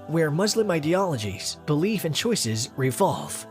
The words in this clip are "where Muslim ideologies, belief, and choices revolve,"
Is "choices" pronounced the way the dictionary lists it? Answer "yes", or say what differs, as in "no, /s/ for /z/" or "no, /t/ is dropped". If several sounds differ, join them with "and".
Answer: yes